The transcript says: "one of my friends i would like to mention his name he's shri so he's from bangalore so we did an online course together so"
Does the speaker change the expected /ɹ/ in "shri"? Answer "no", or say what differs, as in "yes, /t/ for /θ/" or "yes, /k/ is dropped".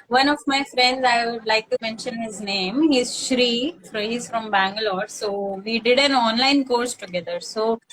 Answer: no